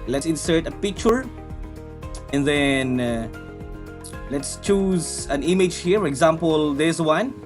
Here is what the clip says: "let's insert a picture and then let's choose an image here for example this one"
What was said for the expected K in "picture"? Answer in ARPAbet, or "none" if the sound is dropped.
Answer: K